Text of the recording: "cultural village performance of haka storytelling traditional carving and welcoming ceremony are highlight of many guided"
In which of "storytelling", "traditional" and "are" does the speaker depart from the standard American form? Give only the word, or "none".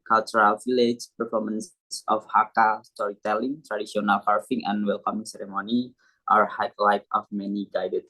traditional